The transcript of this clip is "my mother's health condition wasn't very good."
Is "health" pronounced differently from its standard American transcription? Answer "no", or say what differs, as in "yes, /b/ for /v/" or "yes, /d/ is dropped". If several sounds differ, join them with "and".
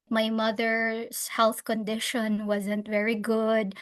no